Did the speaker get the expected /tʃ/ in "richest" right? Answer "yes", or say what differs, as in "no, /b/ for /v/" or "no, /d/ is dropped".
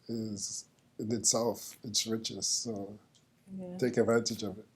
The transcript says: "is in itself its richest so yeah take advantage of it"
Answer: yes